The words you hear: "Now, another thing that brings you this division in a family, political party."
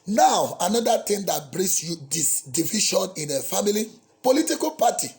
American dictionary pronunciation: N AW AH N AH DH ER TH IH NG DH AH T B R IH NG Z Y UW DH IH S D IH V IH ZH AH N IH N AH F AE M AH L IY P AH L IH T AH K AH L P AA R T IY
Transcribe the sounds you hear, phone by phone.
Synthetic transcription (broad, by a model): N AW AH N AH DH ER T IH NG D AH T B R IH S Y UW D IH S D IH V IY SH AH N IH N AH F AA M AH L IY P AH L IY T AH K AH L P AA T IY